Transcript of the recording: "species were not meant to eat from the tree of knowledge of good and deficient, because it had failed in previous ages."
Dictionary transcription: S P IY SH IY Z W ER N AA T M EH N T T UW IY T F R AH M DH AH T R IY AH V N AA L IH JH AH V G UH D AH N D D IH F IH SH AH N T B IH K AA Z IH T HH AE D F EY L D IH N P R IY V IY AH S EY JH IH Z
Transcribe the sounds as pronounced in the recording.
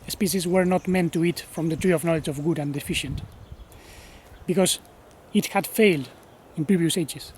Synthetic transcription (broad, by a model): S P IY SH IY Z W ER N AA T M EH N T T UW IY T F R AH M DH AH T R IY AH V N AA L IH JH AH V G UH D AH N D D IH F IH SH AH N T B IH K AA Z IH T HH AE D F EY L D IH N P R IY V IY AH S EY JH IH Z